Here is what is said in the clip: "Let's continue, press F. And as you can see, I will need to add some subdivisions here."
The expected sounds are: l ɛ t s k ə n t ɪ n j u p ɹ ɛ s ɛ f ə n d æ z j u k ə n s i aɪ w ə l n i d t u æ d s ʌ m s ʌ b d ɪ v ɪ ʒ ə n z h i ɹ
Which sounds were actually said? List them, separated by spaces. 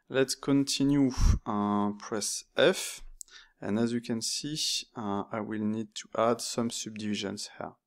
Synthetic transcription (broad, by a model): l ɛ t s k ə n t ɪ n j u p ɹ ɛ s ɛ f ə n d æ z j u k ə n s i aɪ w ə l n i d t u æ d s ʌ m s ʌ b d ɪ v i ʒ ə n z h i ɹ